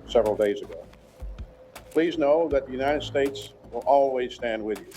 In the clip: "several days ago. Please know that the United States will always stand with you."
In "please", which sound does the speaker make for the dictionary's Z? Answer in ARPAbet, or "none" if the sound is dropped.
Z